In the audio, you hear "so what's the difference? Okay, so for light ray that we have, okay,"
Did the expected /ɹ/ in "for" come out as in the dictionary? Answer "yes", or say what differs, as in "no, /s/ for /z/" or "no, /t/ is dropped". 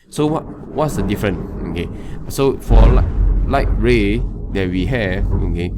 no, /l/ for /ɹ/